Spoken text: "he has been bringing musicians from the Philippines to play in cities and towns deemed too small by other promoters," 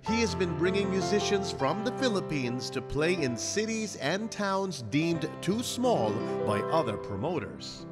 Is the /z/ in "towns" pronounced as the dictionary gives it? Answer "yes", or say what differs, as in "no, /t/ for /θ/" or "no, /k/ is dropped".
yes